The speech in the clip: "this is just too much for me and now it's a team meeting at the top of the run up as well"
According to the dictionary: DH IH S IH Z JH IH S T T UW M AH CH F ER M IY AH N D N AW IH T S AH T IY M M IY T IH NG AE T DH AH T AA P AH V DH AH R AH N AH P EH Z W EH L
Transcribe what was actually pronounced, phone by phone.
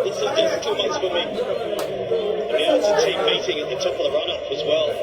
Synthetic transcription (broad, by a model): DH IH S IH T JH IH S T T UW M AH S F ER M IY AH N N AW IH T S AH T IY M M IY T IH NG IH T DH AH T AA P AH V R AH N AH P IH Z W EH L